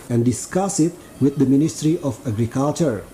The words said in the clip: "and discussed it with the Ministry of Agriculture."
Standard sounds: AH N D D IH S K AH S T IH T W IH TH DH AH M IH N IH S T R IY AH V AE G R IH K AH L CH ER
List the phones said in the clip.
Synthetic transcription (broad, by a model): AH N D D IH S K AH S IH T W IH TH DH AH M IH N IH S T R IY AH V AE G R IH K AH L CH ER